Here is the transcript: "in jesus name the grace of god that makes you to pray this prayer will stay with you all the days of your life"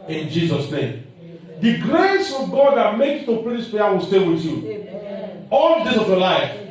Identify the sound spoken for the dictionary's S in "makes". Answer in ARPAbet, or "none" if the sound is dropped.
none